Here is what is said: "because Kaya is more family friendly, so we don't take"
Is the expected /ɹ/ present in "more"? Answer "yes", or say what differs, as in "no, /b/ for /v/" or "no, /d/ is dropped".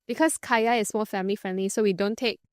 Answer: no, /l/ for /ɹ/